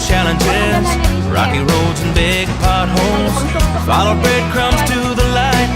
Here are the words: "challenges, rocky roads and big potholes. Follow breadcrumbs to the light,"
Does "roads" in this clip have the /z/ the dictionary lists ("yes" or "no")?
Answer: yes